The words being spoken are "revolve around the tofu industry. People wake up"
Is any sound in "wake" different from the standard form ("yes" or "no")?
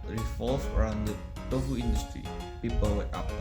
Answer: yes